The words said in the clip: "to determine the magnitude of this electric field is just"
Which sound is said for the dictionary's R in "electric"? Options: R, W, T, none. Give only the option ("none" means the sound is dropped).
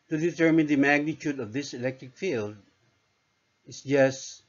R